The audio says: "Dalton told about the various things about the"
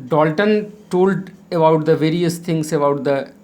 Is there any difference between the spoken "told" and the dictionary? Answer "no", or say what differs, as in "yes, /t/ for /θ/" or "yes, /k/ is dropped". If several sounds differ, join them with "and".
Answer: no